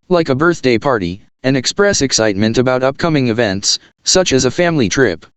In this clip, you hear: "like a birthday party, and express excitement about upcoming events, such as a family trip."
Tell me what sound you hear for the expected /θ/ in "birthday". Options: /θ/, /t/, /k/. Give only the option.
/θ/